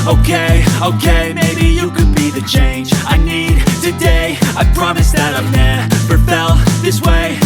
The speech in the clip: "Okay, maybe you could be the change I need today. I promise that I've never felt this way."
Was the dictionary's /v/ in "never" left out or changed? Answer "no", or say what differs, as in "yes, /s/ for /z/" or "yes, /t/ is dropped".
yes, /p/ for /v/